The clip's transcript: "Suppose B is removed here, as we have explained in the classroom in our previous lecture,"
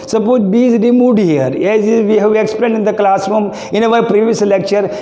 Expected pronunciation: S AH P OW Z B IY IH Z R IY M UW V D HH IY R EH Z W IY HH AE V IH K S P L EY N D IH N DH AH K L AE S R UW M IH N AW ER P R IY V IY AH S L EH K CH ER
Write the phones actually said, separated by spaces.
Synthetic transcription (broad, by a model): S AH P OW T B IY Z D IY M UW D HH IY R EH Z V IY HH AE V IH K S P L EY N D IH N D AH K L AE S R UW M IH N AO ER P R IY V IY AH S L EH K CH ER